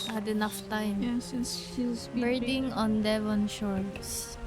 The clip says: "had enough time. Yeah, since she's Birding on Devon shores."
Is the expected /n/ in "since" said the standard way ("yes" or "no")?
no